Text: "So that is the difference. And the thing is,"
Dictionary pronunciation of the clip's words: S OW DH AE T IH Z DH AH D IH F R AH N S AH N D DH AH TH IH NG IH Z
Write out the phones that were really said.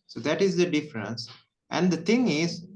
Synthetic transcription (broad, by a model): S OW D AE T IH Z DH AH D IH F R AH N S AH N D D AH T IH NG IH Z